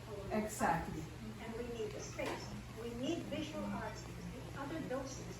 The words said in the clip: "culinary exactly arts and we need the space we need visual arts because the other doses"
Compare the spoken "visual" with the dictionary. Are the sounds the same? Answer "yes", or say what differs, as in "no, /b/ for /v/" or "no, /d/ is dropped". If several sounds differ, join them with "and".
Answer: yes